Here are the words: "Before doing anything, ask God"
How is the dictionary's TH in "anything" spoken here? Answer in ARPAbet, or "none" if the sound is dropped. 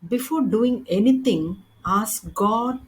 T